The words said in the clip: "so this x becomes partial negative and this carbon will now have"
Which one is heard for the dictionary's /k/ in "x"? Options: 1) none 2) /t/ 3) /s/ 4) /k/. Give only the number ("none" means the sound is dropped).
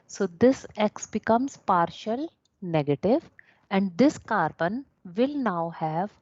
4